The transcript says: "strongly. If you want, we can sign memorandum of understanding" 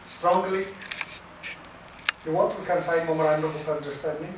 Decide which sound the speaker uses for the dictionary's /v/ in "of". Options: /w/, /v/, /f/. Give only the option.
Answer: /f/